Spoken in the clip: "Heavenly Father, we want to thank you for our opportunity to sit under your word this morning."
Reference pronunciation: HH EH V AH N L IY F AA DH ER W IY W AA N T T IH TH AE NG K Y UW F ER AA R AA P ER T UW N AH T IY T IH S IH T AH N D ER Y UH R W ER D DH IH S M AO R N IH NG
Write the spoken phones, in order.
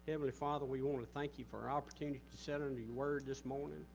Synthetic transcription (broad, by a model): HH EH V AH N L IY F AA DH ER W IY W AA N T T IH TH AE NG K Y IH F ER AA R AA P ER T UW N AH T IY T IH S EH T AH N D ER Y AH R W ER D DH IH S M AO R N IH NG